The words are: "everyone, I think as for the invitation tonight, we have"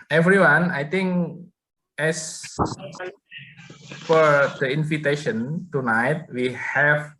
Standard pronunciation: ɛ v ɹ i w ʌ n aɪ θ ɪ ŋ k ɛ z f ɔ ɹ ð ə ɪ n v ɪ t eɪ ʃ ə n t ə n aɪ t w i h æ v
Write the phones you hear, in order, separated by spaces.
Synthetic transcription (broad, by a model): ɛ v ɹ i w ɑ n aɪ t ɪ ŋ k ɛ s f ɔ ɹ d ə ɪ n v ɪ t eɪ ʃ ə n t ə n aɪ t w i h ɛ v